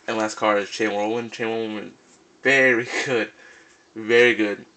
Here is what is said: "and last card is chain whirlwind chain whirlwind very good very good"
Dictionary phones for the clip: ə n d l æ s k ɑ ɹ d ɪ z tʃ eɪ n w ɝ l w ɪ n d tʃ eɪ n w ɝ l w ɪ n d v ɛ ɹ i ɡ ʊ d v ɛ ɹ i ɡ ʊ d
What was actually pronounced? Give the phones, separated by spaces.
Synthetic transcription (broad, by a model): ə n l æ s k ɑ ɹ ɪ z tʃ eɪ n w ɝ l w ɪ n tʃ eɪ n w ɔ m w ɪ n v ɛ ɹ i ɡ ʊ d v ɛ ɹ i ɡ ʊ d